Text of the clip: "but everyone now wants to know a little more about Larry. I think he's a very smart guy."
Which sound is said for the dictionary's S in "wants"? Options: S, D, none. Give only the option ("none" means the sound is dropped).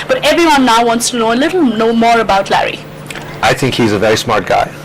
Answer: S